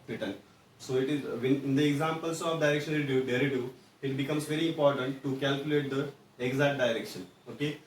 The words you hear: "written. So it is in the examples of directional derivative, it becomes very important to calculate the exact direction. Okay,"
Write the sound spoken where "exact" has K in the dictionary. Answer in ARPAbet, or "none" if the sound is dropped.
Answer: none